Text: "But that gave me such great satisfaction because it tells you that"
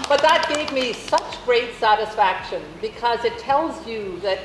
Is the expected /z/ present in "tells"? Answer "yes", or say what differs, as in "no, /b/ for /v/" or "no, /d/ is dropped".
yes